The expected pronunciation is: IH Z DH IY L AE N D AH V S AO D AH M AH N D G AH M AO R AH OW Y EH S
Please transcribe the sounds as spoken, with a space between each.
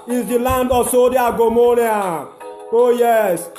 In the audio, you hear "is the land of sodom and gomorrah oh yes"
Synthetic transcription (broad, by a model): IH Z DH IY L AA N D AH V S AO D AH AH G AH M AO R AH OW Y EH S